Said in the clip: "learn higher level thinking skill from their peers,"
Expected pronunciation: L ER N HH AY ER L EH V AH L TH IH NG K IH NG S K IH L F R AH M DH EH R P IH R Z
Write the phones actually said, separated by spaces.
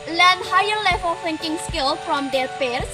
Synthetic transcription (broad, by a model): L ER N HH AY ER L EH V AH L F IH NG K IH NG S K IH L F R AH M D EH R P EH R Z